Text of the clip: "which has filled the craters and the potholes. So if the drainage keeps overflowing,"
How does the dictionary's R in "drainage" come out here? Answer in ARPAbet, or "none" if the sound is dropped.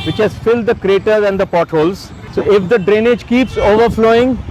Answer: R